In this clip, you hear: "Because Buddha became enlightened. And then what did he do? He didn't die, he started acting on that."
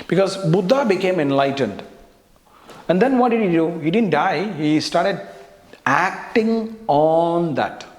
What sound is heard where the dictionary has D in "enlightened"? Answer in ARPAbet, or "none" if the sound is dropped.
D